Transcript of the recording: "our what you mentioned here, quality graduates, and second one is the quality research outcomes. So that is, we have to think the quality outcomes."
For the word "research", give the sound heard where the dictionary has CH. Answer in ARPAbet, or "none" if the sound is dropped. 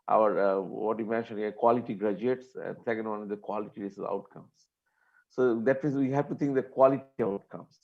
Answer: none